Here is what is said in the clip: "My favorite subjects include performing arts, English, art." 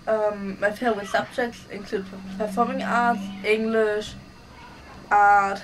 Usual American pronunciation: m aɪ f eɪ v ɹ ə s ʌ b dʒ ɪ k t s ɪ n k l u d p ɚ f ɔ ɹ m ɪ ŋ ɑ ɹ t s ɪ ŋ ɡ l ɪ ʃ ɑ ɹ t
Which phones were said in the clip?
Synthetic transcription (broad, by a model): m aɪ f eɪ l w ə s ʌ b dʒ ɪ k t s ɪ n k l u d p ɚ f ɔ m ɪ ŋ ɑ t s ɪ ŋ ɡ l ɪ ʃ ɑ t